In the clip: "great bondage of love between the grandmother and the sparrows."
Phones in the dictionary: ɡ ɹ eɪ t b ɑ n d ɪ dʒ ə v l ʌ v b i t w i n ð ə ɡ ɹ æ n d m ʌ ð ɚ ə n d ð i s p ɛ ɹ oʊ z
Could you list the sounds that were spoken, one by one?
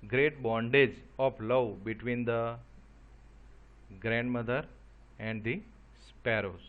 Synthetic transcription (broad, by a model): ɡ ɹ eɪ t b ɑ n d ɪ dʒ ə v l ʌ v b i t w i n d ə ɡ ɹ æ n d m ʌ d ɚ ə n d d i s p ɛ ɹ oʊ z